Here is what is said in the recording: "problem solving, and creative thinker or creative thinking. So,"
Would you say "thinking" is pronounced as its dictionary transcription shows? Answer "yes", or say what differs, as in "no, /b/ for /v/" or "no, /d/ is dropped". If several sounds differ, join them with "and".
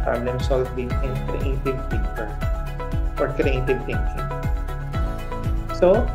no, /t/ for /θ/